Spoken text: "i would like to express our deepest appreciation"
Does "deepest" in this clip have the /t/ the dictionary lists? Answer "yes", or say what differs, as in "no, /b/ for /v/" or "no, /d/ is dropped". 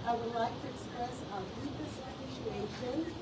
no, /t/ is dropped